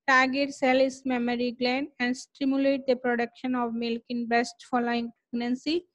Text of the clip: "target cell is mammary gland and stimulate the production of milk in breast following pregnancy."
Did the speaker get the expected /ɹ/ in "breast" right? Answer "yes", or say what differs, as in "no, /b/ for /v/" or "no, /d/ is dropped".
no, /ɹ/ is dropped